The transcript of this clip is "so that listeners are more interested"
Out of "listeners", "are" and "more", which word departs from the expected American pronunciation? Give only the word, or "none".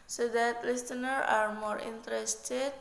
listeners